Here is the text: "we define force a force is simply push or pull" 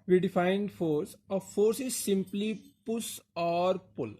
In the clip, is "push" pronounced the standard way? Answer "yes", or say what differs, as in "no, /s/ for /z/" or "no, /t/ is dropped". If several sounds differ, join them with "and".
no, /s/ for /ʃ/